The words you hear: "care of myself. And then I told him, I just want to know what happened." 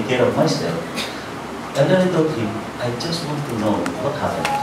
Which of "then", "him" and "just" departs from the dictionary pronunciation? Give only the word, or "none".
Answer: then